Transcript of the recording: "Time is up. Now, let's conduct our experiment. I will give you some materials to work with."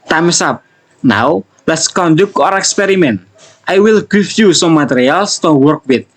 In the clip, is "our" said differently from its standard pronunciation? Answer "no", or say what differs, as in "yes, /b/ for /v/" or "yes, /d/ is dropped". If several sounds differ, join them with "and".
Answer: no